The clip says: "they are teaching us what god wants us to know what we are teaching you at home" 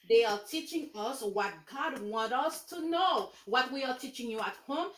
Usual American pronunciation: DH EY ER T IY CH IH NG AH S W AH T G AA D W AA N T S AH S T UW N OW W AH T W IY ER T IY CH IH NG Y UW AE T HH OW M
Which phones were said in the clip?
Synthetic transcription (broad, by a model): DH EY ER T IY CH IH NG AH S W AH T G AA D W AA N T AH S T UW N OW W AH T W IY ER T IY CH IH NG Y UW AE T HH OW M